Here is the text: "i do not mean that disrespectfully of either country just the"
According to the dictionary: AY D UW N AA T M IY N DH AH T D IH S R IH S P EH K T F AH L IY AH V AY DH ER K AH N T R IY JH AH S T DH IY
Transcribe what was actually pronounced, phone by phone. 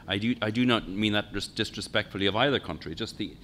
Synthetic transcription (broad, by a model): AY D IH N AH T M IY N DH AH T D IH S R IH S P EH K T F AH L IY AH V AY DH ER K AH N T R IY JH AH S T DH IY